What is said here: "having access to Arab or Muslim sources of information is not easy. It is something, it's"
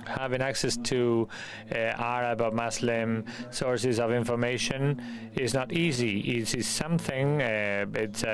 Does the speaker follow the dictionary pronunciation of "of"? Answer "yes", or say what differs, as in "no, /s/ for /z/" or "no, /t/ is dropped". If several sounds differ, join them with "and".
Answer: yes